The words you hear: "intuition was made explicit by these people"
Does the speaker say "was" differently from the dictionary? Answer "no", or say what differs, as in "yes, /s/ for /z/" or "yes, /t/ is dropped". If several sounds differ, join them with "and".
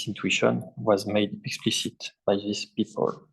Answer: no